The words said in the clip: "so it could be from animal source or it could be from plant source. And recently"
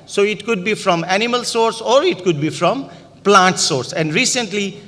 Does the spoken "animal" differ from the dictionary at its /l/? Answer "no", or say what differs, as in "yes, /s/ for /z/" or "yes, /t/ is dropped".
no